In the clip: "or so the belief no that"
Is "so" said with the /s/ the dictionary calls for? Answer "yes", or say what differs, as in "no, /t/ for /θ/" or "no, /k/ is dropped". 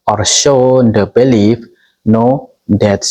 no, /ʃ/ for /s/